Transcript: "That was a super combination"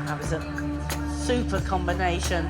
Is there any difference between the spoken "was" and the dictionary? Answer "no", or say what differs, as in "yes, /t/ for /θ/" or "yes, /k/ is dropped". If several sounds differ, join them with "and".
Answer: no